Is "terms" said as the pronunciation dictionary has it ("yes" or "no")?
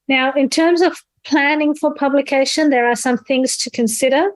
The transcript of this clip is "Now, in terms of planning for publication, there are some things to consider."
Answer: yes